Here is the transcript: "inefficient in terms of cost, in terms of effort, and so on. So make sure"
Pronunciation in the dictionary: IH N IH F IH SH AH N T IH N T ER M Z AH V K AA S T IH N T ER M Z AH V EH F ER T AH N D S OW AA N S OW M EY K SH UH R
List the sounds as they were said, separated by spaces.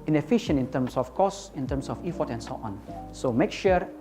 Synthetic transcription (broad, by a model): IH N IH F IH SH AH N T IH N T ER M S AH F K AA S IH N T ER M S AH F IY F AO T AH N S OW AA N S OW M EY K SH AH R